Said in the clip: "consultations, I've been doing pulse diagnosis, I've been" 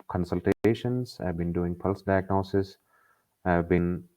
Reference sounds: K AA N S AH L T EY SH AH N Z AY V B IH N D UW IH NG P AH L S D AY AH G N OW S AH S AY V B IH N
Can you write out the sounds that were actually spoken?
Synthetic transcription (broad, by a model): K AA N S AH L T EY SH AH N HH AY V B IH N D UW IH NG P AH L S D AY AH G N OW S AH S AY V B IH N